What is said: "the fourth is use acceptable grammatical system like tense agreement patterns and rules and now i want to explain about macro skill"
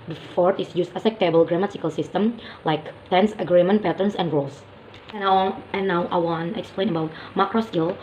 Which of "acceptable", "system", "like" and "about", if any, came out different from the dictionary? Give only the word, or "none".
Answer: acceptable